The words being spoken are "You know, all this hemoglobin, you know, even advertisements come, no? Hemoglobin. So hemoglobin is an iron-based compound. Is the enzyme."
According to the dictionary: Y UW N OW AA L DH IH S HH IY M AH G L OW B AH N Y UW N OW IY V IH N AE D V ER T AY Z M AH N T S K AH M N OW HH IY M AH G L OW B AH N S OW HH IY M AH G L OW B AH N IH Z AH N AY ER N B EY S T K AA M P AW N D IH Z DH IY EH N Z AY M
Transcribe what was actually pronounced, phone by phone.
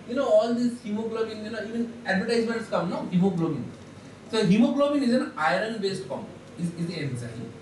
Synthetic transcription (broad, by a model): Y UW N OW AA L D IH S HH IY M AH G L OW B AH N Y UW N OW IY V IH N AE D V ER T AY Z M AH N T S K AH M N OW HH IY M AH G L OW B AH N S OW HH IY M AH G L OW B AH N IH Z AH N AY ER N B EY S T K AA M IY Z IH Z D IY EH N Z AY